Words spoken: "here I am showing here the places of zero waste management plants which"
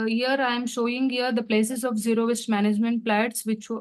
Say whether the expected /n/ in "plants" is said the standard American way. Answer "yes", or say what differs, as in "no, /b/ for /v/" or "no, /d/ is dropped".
no, /n/ is dropped